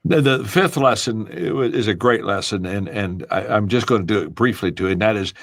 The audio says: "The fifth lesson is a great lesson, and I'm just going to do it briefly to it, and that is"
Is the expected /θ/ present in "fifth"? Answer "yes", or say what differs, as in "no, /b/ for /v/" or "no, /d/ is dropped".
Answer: yes